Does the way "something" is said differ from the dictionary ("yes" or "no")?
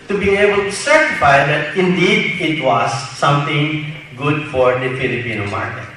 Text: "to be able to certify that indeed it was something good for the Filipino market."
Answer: yes